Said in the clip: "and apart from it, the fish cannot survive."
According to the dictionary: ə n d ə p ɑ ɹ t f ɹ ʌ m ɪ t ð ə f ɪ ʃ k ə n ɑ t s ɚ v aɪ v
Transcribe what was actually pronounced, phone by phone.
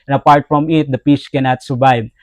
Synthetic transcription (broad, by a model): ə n ə p ɑ ɹ t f ɹ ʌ m ɪ t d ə p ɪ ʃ k ə n ɑ t s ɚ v aɪ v